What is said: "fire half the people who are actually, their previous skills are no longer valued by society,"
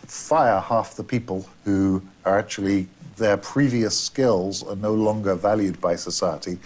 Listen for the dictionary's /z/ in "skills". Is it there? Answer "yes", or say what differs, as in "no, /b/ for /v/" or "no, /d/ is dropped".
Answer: yes